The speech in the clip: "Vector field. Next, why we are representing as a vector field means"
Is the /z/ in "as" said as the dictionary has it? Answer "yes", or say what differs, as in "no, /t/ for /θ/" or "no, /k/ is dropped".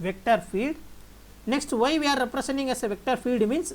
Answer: no, /s/ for /z/